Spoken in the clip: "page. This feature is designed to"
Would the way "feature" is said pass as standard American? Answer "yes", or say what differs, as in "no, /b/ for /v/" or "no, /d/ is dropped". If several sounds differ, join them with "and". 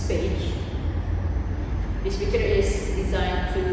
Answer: no, /p/ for /f/